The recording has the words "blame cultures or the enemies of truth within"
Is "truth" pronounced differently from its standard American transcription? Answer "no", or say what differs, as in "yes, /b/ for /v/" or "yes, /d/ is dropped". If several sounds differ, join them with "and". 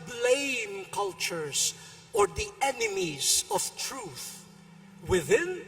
no